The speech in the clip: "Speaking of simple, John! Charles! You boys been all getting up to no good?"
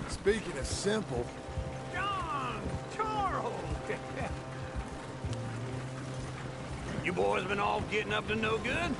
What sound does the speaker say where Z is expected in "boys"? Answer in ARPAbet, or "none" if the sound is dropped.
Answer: Z